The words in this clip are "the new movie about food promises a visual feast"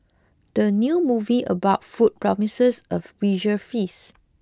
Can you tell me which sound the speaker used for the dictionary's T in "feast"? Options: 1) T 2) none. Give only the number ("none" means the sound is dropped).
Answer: 2